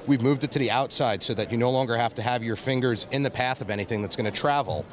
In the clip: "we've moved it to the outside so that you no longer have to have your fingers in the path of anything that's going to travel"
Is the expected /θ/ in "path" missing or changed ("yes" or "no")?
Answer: no